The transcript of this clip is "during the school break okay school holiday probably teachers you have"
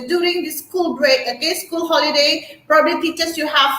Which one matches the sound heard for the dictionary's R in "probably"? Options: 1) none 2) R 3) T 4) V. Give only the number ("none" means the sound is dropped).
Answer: 2